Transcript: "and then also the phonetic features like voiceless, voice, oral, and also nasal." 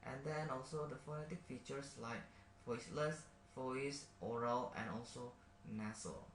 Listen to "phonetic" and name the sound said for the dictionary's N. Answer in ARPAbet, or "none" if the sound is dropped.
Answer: N